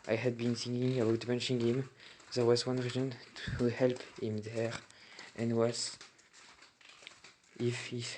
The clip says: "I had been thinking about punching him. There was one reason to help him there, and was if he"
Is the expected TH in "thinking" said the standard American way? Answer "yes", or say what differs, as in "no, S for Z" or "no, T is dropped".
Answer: no, S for TH